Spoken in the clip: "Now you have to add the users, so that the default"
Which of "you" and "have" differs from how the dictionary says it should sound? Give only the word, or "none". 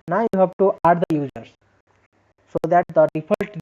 have